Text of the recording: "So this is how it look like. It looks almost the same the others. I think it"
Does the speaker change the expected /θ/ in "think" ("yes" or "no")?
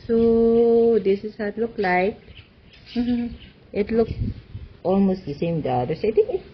yes